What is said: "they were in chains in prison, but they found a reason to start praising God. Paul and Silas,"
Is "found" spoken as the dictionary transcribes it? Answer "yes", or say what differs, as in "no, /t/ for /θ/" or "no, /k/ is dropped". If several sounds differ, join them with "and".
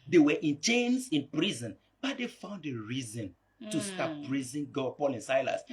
yes